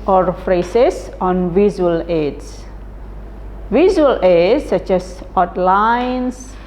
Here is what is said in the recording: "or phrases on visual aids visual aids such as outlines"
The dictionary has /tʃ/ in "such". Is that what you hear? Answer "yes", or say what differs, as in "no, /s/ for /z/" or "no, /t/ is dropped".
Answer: yes